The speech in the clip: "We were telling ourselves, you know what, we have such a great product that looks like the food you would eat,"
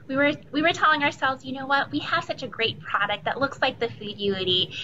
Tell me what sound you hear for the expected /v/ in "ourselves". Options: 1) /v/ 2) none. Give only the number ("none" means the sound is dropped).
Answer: 1